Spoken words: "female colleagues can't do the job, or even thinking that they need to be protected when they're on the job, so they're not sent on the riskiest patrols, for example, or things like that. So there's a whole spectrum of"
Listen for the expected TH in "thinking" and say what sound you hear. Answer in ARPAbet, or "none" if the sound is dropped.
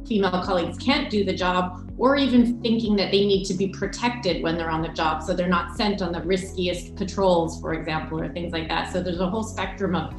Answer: TH